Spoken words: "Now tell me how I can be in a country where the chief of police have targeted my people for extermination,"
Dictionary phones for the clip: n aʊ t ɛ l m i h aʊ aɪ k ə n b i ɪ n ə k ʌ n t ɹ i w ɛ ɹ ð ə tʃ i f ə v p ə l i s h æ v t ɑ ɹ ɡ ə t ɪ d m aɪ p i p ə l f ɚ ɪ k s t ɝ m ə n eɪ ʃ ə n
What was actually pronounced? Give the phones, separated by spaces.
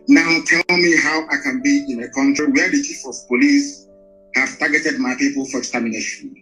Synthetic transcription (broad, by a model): n aʊ t ɛ l m i h aʊ aɪ k ə n b i ɪ n ə k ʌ n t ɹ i w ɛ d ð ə tʃ i f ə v p ə l i s h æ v t ɑ ɡ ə t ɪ d m aɪ p i p ə l f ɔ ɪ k s t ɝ m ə n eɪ ʃ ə n